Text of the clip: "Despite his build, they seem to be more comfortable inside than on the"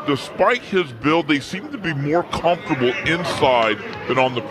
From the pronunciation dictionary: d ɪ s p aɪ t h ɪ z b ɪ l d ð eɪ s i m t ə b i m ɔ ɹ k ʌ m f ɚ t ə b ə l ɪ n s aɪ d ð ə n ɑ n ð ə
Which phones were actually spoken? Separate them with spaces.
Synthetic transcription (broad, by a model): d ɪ s p aɪ t h ɪ z b ɪ l ð eɪ s i m t ə b i m ɔ ɹ k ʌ m f t ə b l ɪ n s aɪ d ð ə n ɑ n ð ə